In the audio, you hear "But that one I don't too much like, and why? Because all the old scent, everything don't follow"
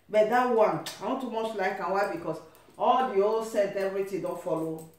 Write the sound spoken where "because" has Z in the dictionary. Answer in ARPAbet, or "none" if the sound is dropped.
S